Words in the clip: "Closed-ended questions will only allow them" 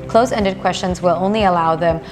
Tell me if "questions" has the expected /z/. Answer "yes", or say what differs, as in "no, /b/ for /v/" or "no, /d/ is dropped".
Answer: yes